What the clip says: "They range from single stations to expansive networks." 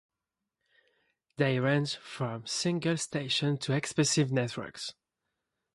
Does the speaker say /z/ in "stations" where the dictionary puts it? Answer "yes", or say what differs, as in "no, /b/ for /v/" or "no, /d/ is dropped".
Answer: no, /z/ is dropped